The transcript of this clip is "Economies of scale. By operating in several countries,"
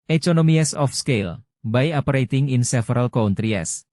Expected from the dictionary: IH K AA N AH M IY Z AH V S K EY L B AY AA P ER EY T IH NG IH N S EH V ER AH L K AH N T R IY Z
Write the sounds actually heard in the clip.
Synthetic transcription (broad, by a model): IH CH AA N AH M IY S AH F S K EY L B AY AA P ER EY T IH NG IH N S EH F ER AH L K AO N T R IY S